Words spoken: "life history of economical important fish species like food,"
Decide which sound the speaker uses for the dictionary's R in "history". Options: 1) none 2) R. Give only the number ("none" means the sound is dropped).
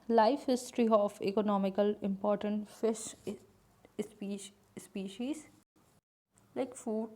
2